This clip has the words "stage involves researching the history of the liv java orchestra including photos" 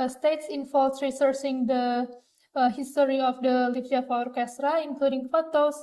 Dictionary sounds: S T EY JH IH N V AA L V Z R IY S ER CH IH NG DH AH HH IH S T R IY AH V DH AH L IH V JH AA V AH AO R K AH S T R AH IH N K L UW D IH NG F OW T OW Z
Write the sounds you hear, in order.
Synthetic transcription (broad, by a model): S T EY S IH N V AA L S R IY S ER S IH NG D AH HH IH S T R IY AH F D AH L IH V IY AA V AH AO R K AH S T R AH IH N K L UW D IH NG F OW T OW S